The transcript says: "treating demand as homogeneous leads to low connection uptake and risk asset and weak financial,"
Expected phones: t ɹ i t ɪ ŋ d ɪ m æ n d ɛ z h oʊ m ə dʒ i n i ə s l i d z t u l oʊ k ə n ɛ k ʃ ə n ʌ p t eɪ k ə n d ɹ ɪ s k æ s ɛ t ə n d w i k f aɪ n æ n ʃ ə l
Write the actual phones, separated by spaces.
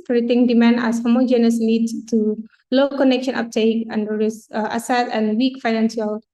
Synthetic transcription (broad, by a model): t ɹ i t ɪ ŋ d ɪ m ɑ n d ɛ s h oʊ m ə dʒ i n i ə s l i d s t u l oʊ k ə n ɛ k ʃ ə n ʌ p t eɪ k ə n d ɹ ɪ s ɑ s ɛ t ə n w i k f aɪ n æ n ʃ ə l